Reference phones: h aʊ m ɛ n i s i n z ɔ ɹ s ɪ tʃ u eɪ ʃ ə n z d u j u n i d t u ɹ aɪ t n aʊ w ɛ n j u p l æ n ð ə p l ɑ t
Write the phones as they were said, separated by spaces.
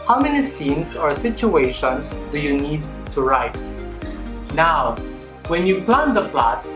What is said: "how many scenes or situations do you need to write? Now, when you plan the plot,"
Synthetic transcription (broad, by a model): h aʊ m ɛ n i s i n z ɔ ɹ s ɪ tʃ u eɪ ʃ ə n s d u j u n i d t u ɹ aɪ t n aʊ w ɛ n j u p l æ n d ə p l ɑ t